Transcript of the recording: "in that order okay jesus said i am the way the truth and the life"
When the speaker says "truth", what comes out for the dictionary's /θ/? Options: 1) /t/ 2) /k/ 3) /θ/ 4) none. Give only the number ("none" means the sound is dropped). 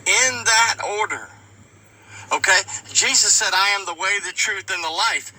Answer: 3